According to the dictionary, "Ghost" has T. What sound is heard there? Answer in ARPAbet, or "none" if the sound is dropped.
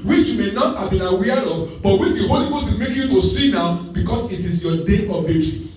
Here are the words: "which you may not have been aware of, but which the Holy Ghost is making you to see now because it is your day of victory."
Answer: none